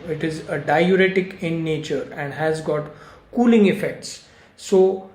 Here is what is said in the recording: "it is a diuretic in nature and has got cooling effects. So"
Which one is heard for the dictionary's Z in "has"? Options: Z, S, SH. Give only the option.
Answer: Z